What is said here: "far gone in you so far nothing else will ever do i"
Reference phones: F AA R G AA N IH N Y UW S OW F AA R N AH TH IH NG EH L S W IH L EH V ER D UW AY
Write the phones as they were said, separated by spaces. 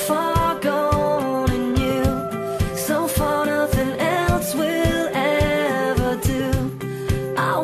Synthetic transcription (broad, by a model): F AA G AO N IH N Y UW S OW F AA R N AH TH IH NG EH L S W IH L EH V ER D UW AY